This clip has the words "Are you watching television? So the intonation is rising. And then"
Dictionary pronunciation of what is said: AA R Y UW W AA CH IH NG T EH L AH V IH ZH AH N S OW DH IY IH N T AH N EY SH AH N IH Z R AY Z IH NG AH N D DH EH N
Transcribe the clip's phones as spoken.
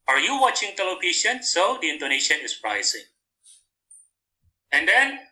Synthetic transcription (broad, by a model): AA R Y UW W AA CH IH NG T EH L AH P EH SH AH N S OW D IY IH N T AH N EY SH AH N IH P R AY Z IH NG AH N D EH N